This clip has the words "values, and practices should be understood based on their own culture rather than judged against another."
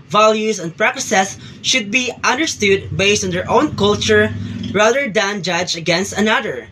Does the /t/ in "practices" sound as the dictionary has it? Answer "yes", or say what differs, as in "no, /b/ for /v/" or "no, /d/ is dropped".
no, /s/ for /t/